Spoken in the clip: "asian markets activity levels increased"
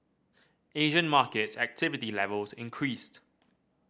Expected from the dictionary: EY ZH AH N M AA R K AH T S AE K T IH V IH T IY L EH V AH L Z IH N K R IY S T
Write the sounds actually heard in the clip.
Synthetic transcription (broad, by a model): EY ZH AH N M AA K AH T S AE K T IH V IH T IY L EH V AH L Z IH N K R IY S T